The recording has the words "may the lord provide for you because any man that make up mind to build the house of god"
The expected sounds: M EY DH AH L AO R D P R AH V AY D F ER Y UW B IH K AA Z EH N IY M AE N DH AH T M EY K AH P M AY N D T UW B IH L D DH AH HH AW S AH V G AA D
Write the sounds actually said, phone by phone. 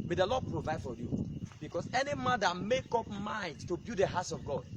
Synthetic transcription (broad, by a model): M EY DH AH L AO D P R AH V AY D F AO Y UW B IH K AA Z EH N IY M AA N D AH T M EY K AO P M AY N D T UW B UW D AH HH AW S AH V G AA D